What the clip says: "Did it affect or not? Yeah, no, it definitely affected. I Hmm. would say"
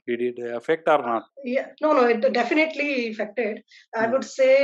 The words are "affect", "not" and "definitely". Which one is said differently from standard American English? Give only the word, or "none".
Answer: none